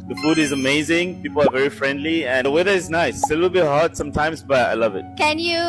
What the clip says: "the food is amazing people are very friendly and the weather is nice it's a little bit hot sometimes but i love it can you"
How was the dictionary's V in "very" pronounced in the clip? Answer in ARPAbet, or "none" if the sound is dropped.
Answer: V